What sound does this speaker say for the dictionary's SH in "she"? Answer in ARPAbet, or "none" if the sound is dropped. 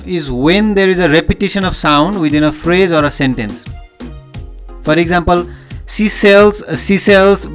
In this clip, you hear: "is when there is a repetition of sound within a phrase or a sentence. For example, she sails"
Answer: S